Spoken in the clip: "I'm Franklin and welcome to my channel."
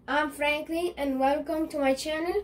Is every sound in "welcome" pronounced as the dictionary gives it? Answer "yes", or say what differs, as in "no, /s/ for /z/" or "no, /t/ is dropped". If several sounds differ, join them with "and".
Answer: yes